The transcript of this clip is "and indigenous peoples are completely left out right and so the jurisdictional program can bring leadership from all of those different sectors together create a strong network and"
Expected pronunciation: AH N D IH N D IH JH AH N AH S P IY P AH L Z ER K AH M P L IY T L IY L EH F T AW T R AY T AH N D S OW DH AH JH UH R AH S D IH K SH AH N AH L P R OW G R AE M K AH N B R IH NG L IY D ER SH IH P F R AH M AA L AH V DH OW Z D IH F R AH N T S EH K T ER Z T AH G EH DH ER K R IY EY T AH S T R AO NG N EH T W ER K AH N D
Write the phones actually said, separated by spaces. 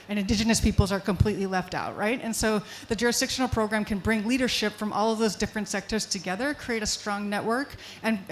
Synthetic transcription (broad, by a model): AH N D IH N D IH JH AH N AH S P IY P L Z ER K AH M P L IY T L IY L EH F T AW T R AY T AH N S OW DH AH JH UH R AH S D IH K SH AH N L P R OW G R AE M K AH N B R IH NG L IY D ER SH IH P F R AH M AA L AH V DH OW Z D IH F R AH N T S EH K T ER Z T AH G EH DH ER K R IY EY T AH S T R AO NG N EH T W ER K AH N